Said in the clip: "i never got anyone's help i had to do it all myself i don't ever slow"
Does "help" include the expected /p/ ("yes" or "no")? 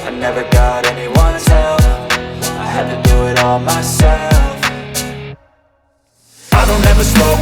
no